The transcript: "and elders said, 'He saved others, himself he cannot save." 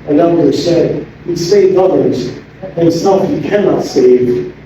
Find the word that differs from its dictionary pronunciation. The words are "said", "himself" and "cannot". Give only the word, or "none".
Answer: himself